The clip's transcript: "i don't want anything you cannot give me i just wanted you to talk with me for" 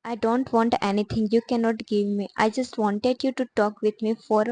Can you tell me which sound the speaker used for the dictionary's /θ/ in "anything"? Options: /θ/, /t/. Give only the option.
/t/